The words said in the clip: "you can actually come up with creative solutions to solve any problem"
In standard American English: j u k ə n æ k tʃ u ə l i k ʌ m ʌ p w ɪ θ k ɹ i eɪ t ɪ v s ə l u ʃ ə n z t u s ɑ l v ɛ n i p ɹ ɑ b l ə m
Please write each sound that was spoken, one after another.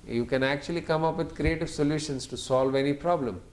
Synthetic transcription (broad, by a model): j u k ə n æ k tʃ u ə l i k ʌ m ʌ p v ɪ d k ɹ i eɪ t ɪ v s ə l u ʃ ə n s t u s ɑ l v ɛ n i p ɹ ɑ b l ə m